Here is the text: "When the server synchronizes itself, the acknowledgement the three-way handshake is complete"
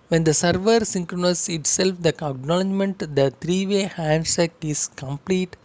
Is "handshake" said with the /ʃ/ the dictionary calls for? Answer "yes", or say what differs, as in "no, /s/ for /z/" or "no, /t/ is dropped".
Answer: no, /s/ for /ʃ/